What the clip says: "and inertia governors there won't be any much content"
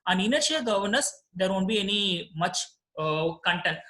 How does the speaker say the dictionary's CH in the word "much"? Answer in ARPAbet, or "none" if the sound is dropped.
CH